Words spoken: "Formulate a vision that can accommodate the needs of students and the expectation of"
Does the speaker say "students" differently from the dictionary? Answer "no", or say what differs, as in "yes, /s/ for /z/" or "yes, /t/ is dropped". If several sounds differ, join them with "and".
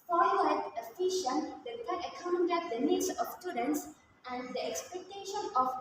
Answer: no